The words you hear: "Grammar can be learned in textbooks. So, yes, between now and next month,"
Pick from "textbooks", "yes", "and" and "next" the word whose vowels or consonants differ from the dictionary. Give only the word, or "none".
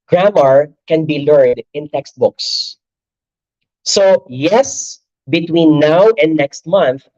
none